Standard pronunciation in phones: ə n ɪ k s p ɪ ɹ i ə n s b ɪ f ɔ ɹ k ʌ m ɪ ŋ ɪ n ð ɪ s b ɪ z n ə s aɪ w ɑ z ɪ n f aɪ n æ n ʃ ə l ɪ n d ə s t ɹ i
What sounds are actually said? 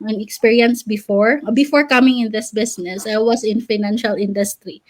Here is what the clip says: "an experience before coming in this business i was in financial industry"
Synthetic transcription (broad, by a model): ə n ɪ k s p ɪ ɹ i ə n s b ɪ f ɔ ɹ k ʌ m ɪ ŋ ɪ n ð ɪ s b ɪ s n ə s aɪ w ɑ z ɪ n f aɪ n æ n ʃ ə l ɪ n d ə s t ɹ i